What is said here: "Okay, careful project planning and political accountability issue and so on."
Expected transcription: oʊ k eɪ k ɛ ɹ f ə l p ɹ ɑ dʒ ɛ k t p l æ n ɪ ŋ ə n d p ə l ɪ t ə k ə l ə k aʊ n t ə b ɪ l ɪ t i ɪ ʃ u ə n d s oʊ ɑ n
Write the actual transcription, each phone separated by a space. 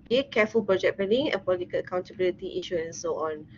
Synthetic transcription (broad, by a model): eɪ k ɛ f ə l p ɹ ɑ dʒ ɛ t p ɛ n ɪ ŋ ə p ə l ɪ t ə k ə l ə k aʊ n t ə b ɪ l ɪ t i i ʃ u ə n s oʊ ɑ n